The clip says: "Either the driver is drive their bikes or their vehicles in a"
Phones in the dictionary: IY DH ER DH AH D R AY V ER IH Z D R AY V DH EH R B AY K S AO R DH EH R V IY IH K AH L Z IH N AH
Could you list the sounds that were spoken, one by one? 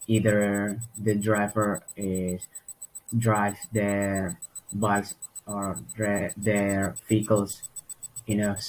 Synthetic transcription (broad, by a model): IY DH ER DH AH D R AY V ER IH S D R AY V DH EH R B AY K S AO R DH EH R F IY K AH L S IH N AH